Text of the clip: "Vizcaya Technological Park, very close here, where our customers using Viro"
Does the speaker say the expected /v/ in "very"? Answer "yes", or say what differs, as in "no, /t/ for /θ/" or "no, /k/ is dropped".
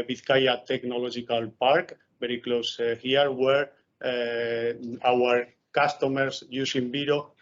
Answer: no, /b/ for /v/